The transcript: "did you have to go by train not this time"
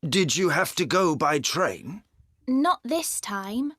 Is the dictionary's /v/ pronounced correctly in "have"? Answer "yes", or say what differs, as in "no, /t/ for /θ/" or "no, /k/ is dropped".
no, /f/ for /v/